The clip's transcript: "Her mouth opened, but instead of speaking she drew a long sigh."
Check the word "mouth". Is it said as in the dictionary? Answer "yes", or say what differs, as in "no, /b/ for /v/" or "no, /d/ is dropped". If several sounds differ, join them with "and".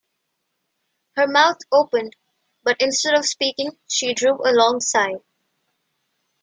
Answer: no, /t/ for /θ/